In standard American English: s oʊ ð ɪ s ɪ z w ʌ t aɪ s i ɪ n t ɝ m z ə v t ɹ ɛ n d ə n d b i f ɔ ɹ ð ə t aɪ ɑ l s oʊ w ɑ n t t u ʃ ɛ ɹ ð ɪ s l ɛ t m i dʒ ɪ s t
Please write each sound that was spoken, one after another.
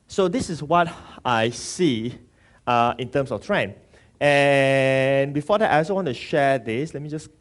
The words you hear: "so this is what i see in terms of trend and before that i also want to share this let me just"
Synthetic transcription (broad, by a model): s oʊ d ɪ s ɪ s w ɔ t aɪ s i ɪ n t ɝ m s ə f t ɹ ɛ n ə n b i f ɔ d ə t aɪ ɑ s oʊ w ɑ n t t u ʃ ɛ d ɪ s l ɛ t m i dʒ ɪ s